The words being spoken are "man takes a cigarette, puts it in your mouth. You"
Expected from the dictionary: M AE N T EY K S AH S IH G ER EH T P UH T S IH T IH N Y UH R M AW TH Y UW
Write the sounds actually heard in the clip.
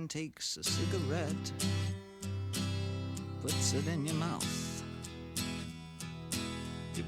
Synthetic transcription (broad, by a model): N T EY K S AH S IH G ER EH T P UH T S IH T IH N Y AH R M AW TH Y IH